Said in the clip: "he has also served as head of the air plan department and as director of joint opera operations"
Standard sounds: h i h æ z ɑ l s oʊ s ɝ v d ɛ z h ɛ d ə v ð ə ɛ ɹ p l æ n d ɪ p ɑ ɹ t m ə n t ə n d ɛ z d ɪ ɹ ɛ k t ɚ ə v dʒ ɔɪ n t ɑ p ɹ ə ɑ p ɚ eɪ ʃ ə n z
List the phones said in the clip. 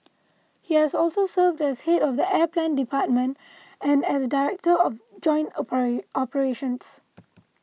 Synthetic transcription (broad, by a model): h i h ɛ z ɑ l s oʊ s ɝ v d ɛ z h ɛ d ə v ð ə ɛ p l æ n d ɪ p ɑ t m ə n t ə n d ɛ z d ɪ ɹ ɛ k t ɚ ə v dʒ ɔɪ n t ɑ p ə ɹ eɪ ʃ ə n s